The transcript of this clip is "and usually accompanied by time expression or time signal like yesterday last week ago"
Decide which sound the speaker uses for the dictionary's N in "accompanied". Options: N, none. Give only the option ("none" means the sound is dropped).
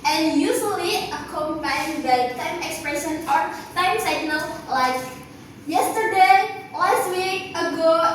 none